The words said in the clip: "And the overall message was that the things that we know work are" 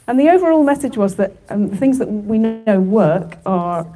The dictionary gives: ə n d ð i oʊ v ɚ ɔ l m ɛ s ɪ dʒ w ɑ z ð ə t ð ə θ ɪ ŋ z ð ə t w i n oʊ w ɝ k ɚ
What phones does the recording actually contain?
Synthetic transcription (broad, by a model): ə n ð i oʊ v ɚ ɔ l m ɛ s ɪ dʒ w ɑ z ð ə t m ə θ ɪ ŋ z ð ə t w i n oʊ w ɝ k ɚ